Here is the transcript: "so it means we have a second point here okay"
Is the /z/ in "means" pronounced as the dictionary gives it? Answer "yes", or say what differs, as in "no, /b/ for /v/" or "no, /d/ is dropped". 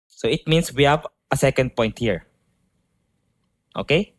no, /s/ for /z/